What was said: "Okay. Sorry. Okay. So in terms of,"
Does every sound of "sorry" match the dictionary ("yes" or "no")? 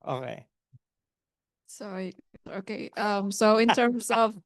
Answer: no